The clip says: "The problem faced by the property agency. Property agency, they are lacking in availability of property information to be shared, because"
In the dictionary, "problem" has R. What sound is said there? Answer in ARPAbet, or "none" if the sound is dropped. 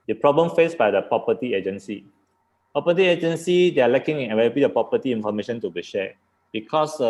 R